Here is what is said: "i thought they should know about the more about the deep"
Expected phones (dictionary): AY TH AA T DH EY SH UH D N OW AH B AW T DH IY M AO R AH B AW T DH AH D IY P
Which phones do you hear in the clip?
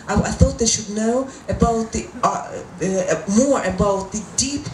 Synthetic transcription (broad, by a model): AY TH AA T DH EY SH UH D N OW AH B AW T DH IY M AO R AH B AW T DH AH D IY P